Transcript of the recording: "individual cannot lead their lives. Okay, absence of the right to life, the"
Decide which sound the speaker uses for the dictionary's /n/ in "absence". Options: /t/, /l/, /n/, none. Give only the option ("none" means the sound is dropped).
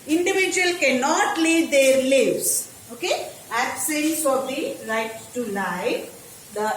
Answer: /l/